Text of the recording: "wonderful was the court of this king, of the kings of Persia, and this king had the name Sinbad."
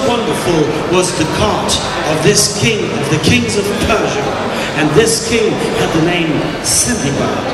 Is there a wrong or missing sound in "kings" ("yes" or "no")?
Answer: no